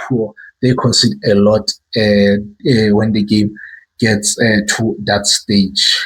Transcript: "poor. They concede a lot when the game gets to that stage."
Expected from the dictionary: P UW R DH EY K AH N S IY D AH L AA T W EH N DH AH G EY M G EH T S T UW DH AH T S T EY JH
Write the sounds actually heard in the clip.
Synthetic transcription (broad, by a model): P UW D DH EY K AH N S IY D AH L AA T W EH N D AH G EY M G EH T S T UW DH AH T S T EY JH